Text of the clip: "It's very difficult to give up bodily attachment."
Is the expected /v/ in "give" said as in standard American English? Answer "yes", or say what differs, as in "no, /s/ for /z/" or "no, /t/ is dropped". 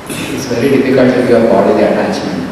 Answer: no, /v/ is dropped